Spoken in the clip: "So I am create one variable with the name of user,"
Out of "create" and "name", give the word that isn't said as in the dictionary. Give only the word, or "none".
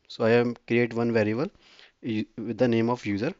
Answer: none